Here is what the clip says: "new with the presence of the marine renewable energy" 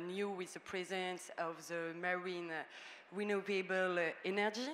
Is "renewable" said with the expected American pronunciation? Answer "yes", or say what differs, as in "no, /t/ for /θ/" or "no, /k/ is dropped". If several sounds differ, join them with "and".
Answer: no, /w/ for /ɹ/